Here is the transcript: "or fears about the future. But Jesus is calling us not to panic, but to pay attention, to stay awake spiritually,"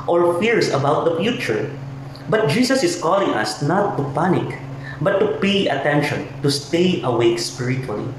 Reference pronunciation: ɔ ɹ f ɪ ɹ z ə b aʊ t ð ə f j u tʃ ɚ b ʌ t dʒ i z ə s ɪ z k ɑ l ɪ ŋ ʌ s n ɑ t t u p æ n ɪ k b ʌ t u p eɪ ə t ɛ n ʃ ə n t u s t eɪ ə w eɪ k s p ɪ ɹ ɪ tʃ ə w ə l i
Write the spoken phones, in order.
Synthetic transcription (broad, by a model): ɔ ɹ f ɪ ɹ s ə b aʊ t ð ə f j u tʃ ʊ b ʌ t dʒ i s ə s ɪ s k ɑ l ɪ ŋ ʌ s n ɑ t t u p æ n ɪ k b ʌ t u p eɪ ə t ɛ n ʃ ə n t u s t eɪ ə w eɪ k s p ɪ ɹ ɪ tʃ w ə l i